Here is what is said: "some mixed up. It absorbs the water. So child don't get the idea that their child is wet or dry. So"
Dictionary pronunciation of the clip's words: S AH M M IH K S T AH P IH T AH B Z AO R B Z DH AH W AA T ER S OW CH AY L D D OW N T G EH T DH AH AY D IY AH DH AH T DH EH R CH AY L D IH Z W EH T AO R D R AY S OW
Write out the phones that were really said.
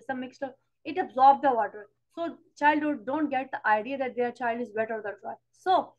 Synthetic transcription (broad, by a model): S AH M M IH K S T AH IH T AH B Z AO R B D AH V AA T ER S OW CH AY L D D OW N T G EH T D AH AY D IY AH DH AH T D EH R CH AY L D IH Z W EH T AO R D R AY S OW